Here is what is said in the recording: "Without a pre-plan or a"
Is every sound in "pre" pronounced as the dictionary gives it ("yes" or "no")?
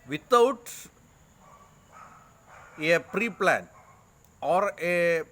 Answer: yes